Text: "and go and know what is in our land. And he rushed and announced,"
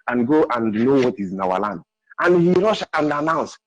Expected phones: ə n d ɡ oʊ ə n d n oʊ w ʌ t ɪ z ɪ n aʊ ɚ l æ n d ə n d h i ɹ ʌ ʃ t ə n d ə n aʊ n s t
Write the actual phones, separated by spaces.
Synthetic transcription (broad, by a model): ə n ɡ oʊ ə n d n oʊ w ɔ t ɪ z ɪ n aʊ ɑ l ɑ n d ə n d h i ɹ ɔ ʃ ə n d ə n aʊ n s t